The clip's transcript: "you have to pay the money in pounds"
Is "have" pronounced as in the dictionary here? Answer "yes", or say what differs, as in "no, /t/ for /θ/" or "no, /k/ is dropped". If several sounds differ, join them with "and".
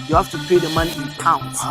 no, /f/ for /v/